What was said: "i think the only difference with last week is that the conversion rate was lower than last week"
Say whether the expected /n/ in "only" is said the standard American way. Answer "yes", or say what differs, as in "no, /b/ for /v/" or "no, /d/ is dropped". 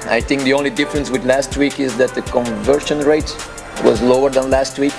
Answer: yes